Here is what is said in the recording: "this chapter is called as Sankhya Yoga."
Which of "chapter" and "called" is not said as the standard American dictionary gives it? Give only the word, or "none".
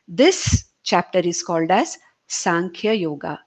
none